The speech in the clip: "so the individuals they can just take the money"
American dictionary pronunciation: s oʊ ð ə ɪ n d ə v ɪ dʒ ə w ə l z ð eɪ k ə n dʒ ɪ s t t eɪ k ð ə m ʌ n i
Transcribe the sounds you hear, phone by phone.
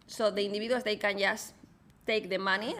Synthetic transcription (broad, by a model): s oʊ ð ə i n d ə b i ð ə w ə z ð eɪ k ə n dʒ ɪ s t t eɪ k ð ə m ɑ n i